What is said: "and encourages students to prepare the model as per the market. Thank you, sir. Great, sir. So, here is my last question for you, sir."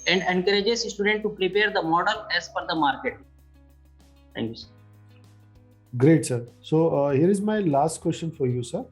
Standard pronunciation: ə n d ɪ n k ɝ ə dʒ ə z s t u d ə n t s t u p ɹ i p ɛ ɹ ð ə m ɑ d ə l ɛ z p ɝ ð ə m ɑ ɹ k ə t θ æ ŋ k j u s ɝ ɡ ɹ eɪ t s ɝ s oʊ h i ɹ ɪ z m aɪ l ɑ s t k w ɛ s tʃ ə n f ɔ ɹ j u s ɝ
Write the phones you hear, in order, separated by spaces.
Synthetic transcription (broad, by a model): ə n d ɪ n k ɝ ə dʒ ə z s t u d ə n t t u p ɹ i p ɛ ɹ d ə m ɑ d ə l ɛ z f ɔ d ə m ɑ ɹ k ə t t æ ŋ k j u s ɝ ɡ ɹ eɪ t s ɝ s oʊ h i ɹ ɪ z m aɪ l ɑ s t k w ɛ s tʃ ə n f ɔ ɹ j u s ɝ